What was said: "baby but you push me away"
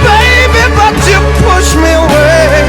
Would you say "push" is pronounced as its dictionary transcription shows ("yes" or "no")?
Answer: yes